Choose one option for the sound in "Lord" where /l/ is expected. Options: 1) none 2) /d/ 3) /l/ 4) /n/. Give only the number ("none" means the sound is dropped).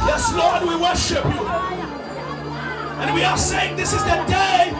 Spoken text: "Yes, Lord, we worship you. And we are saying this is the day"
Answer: 3